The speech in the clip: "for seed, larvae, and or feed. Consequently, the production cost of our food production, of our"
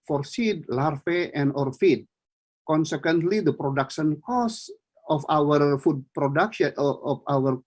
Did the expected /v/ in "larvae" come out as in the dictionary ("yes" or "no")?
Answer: no